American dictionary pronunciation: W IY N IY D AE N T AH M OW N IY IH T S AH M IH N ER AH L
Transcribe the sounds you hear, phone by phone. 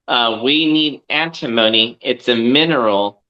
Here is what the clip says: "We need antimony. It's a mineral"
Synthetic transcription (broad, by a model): W IY N IY D AE N T AH M OW N IY IH T S AH M IH N ER L